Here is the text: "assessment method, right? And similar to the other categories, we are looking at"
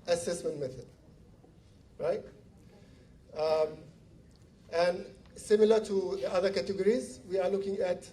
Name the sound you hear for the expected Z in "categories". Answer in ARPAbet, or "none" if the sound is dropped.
Z